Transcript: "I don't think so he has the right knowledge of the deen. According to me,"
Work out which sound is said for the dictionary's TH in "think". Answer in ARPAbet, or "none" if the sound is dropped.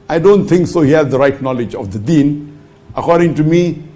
T